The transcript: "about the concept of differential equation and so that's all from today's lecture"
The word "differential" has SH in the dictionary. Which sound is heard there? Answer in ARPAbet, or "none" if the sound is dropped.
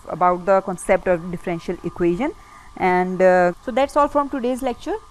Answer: SH